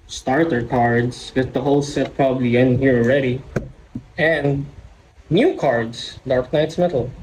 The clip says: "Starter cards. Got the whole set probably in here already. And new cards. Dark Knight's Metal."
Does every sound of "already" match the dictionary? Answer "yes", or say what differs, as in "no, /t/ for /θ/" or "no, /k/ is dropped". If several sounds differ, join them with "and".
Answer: yes